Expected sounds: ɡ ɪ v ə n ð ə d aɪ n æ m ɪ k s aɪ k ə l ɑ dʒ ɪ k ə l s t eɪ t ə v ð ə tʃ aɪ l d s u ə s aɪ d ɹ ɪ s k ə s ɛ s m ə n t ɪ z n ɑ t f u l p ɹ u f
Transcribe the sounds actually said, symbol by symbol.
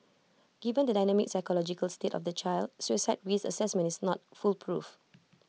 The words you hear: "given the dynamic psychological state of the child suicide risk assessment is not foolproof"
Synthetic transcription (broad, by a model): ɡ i v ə n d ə d aɪ n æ m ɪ k s aɪ k ə l ɑ dʒ ɪ k ə l s t eɪ t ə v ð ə tʃ aɪ l d s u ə s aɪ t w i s ə s ɛ s m ə n t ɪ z n ɑ t f u l p ɹ u f